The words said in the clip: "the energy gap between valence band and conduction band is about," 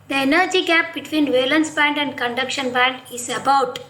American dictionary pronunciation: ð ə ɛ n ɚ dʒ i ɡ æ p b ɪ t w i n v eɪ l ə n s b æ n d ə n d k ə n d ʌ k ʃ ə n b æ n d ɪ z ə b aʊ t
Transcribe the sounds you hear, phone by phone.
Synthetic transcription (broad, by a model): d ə ɛ n ɚ dʒ i ɡ æ p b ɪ t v i n v eɪ l ə n s b æ n d ə n d k ə n d ʌ k ʃ ə n b æ n d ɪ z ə b aʊ t